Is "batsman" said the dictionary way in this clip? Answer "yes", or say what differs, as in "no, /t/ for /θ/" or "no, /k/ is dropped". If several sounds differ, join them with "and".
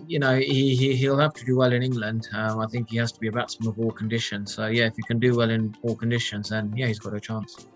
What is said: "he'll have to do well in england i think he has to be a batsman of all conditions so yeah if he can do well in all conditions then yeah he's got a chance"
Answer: no, /m/ is dropped